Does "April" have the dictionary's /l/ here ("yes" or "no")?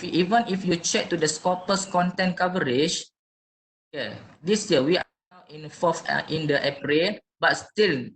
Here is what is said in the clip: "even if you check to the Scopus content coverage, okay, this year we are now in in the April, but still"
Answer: no